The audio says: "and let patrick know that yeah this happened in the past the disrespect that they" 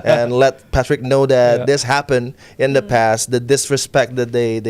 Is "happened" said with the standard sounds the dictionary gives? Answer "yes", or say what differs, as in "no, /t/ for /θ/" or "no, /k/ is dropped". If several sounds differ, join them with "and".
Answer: yes